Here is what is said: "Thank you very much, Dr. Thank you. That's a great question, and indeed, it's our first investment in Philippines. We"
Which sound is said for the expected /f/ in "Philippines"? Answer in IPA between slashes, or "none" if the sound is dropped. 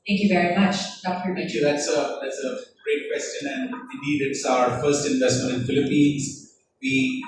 /f/